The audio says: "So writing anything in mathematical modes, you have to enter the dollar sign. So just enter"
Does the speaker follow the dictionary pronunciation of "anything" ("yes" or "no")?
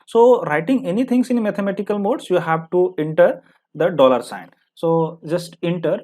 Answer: no